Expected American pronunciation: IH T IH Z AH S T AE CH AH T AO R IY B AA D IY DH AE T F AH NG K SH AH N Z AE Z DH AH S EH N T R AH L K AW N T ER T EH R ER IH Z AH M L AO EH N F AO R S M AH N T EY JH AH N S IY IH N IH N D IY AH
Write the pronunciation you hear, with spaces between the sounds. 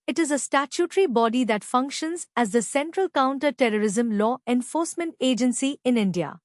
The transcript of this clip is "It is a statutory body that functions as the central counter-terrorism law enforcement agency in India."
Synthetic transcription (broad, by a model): IH T IH Z AH S T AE CH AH T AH R IY B AA D IY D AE T F AH NG K SH AH N Z AE Z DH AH S EH N T R AH L K AW N T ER T EH R ER IH Z AH M L AO EH N F AO R S M AH N T EY JH AH N S IY IH N IH N D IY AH